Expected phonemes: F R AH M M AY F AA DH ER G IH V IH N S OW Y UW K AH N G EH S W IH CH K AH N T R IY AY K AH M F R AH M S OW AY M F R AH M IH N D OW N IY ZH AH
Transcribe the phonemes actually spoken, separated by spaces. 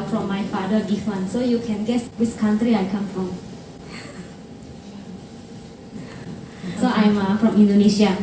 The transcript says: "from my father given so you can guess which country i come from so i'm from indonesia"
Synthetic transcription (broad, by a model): F R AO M M AY F AA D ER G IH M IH N S OW Y UW K AH N G EH S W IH S K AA N T R IY AY K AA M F R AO M S OW AY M F R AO M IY N D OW N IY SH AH